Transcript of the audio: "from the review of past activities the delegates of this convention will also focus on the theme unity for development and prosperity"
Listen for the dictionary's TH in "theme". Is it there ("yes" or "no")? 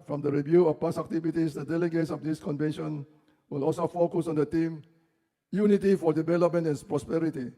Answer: no